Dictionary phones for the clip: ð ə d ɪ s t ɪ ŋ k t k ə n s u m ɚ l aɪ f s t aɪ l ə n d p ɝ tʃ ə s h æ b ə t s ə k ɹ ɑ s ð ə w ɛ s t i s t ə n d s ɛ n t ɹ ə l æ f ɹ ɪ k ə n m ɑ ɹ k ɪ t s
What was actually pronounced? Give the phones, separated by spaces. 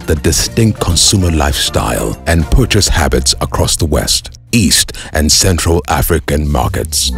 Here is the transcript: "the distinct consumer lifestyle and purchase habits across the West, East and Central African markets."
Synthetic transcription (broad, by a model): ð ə d ɪ s t ɪ ŋ k t k ə n s u m ɚ l aɪ f s t aɪ l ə n p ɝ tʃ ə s h æ b ə t s ə k ɹ ɑ s ð ə w ɛ s t i s t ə n s ɛ n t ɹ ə l æ f ɹ ɪ k ə n m ɑ ɹ k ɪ t s